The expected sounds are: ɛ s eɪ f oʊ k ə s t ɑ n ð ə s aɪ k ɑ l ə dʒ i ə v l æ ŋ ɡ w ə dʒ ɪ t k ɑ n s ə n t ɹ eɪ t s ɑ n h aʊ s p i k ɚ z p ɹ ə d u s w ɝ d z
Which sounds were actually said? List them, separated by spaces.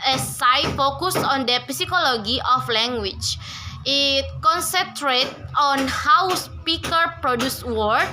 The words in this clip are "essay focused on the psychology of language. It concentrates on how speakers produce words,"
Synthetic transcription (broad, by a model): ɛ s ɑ f oʊ k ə s ɑ n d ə s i k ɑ l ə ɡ i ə f l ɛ ŋ ɡ w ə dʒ ɪ t k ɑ n s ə n t ɹ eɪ t ɑ n h aʊ s p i k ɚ p ɹ ə d u s w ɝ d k